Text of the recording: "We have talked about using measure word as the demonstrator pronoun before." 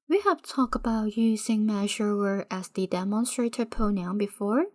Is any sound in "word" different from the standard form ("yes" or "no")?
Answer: yes